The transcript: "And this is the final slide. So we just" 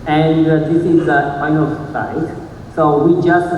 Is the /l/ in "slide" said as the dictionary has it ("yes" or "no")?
no